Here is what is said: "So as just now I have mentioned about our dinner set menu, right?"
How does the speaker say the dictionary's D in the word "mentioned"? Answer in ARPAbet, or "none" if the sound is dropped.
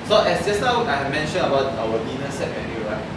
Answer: none